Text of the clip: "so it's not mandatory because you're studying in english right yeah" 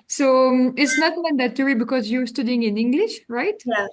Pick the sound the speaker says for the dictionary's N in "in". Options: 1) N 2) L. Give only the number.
1